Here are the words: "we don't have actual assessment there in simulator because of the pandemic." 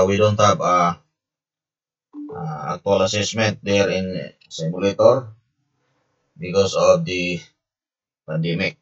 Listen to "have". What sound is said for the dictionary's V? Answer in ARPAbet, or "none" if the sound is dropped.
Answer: P